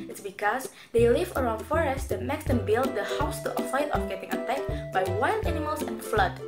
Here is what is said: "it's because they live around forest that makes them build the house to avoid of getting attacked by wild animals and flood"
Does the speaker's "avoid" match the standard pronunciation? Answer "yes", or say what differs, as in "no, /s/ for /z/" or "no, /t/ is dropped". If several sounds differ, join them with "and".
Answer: no, /f/ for /v/